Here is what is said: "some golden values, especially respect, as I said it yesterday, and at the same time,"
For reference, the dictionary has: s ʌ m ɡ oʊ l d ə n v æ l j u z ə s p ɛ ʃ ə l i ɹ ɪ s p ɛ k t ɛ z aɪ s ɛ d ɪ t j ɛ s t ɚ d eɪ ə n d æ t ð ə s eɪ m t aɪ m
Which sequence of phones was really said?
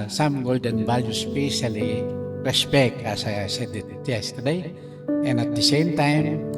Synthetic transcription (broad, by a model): s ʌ m ɡ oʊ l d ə n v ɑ l j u s p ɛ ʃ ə l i ɹ ɪ s p ɛ k t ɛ s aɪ s ɛ d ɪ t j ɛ s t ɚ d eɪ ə n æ t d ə s eɪ m t aɪ m